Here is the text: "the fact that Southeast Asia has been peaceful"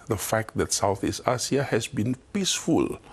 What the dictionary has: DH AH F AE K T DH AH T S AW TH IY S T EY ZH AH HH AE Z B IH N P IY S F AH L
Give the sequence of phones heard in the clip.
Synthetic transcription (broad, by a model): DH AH F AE K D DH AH T S AW TH IY S T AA S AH HH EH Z B IH N P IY S F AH L